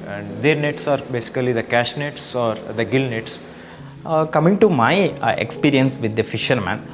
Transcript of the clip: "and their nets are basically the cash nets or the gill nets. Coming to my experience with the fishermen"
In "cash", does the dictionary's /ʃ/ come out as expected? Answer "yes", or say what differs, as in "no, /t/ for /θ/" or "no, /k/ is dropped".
yes